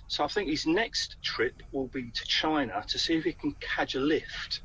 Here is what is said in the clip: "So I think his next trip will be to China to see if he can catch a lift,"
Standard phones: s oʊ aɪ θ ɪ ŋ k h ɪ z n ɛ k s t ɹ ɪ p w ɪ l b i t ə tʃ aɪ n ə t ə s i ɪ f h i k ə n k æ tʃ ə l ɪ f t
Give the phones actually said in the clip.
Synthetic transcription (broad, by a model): s oʊ aɪ θ ɪ ŋ k h ɪ z n ɛ k s t ɹ ɪ p w ɪ l b i t ə tʃ aɪ n ə t ə s i ɪ f h i k ə n k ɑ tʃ ə l ɪ f t